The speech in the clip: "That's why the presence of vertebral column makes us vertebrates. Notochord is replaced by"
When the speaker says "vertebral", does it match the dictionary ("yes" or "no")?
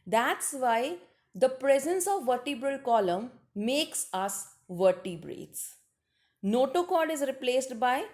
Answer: yes